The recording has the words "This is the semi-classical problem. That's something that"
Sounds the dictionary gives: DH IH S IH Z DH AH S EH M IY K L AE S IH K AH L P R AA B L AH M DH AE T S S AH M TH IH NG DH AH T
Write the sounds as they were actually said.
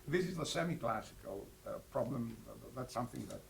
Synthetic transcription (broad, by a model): DH IH S IH Z DH AH S EH M IY K L AE S IH K AH L P R AA B L AH M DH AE T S S AH M TH IH NG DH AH T